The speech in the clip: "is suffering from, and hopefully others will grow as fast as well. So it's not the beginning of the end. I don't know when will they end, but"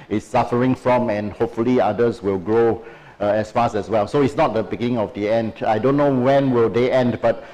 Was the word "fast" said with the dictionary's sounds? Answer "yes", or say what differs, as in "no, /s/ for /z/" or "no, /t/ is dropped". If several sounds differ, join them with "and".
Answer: no, /t/ is dropped